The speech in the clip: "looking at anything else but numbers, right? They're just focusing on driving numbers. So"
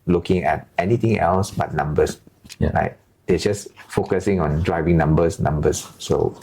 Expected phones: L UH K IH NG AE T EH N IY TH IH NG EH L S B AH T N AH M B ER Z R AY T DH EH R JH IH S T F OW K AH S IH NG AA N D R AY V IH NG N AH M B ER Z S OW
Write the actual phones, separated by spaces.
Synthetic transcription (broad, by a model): L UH K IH NG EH T EH N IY T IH NG EH L S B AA T N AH M B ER S R AY T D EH JH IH S F OW K AH S IH NG AA N D R AY V IH NG N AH M B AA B S OW